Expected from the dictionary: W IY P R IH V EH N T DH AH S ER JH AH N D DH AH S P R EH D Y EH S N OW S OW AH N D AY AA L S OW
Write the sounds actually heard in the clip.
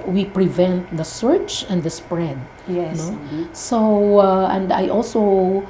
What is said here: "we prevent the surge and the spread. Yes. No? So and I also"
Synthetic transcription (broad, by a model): W IY P R IH V EH N T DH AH S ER CH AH N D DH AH S P R EH D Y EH N OW S OW AH N D AY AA L S OW